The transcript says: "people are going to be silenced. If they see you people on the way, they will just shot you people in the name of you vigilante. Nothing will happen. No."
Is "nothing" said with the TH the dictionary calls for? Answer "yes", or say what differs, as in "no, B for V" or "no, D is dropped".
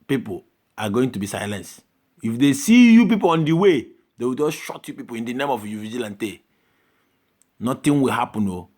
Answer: no, T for TH